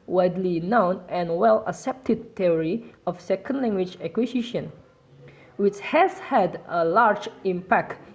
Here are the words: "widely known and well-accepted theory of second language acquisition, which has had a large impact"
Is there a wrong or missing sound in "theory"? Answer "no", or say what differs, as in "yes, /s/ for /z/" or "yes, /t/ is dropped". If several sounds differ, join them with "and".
yes, /t/ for /θ/